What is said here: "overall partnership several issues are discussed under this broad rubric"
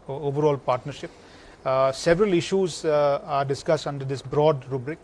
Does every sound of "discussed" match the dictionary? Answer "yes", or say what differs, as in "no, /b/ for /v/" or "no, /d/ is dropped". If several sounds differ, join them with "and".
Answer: yes